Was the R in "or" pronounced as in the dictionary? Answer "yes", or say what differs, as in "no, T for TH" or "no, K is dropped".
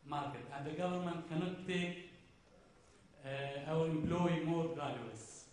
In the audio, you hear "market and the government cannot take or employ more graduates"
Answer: no, W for R